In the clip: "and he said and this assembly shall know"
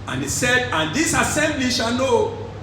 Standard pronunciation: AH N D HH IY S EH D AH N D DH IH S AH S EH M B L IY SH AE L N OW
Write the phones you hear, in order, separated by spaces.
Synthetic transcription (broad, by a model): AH N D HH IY S EH D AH N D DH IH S AH S EH M B L IY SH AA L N OW